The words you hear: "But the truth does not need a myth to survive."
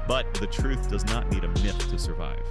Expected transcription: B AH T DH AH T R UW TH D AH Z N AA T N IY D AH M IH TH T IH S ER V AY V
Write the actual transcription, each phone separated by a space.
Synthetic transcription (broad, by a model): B AH T DH AH T R UW TH D AH Z N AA T N IY D AH M IH TH T IH S ER V AY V